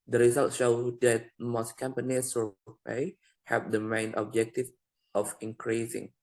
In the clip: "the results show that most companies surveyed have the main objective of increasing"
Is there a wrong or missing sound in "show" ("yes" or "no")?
no